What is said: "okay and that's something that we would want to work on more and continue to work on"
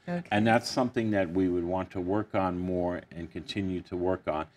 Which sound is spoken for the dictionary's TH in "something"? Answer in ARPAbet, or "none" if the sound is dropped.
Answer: TH